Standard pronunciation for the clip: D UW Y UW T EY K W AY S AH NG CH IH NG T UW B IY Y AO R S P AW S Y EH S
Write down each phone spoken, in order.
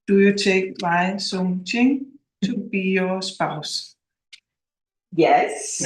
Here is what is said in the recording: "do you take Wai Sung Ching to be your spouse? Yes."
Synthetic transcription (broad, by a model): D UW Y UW S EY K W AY S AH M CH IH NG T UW B IY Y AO S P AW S Y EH S